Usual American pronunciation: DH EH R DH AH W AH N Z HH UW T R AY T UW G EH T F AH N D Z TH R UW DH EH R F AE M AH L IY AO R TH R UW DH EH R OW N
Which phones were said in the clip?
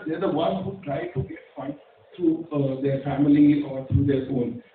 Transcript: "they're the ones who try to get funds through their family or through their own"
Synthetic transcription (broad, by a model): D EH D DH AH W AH N HH UW T R AY T UW G EH T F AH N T R UW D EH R F AE M AH L IY AO R T R UW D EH R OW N